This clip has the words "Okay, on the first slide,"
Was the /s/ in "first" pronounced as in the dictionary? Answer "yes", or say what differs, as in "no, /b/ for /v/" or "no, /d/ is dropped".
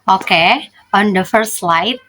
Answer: no, /s/ is dropped